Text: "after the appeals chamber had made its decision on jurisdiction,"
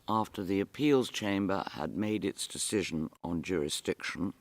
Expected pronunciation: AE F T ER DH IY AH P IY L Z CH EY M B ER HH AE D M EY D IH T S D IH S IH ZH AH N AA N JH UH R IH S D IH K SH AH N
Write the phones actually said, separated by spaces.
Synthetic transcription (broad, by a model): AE F T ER DH IY AH P IY L Z CH EY M B ER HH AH D M EY D IH T S D IH S IH ZH AH N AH N JH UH R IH S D IH K SH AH N